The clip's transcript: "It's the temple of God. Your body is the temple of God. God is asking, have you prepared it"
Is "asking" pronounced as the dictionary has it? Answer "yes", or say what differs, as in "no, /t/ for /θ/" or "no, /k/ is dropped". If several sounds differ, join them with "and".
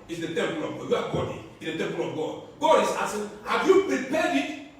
no, /k/ is dropped